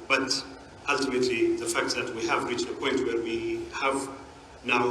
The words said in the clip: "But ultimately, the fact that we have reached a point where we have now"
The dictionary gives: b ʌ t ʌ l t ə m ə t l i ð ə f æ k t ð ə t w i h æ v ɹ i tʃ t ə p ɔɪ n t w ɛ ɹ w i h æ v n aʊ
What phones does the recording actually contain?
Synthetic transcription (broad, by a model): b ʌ t ʌ l t ə m ə t l i ð ə f æ k t ð ə t w i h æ v ɹ i tʃ t ə p ɔɪ n t w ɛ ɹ w i h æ v n aʊ